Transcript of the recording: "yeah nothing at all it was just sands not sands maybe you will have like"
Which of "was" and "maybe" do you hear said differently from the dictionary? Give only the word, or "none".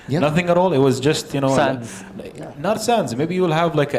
none